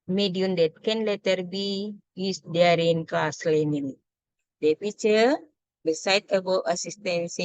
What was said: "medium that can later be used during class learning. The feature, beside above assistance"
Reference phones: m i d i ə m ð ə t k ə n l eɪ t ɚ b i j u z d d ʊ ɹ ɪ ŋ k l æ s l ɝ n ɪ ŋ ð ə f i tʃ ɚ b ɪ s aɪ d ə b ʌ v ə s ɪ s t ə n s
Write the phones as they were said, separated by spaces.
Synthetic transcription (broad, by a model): m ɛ d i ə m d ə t k ə n l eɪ t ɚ b i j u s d d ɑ ɹ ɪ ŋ k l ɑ s l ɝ n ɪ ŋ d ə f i tʃ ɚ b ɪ s aɪ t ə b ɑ ə s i s t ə n s